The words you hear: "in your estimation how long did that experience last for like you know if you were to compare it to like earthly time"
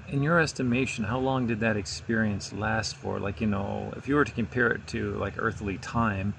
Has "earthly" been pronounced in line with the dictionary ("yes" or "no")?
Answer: yes